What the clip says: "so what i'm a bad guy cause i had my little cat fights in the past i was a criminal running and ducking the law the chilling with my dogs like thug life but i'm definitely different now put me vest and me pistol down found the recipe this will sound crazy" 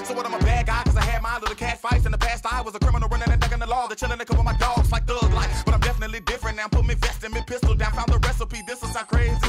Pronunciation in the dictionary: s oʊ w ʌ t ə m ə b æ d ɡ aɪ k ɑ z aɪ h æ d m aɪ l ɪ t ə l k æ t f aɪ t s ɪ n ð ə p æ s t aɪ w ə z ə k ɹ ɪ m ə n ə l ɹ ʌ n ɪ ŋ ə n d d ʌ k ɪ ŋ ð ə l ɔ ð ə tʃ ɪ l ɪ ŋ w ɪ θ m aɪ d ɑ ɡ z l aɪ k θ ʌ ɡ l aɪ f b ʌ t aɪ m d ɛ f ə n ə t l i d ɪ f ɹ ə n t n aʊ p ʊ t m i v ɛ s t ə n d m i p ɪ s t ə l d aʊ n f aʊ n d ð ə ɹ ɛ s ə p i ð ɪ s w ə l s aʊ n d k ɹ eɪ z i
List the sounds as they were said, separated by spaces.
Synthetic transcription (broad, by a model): s oʊ w ʌ t ə m ə b æ d ɡ aɪ k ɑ z aɪ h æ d m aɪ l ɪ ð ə k æ t f aɪ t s ɪ n ð ə p æ s t aɪ w ə z ə k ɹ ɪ m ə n l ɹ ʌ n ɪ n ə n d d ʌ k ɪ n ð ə l ɔ ð ə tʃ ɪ n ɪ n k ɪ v m aɪ d ɑ ɡ z l aɪ k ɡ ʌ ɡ l aɪ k b ʌ t aɪ m d ɛ f ə n ə t l i d ɪ f ɹ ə n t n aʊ p ʊ t m i v ɛ s t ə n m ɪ p ɪ s t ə l d aʊ n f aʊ n ð ə ɹ ɛ s ə p i ð ɪ s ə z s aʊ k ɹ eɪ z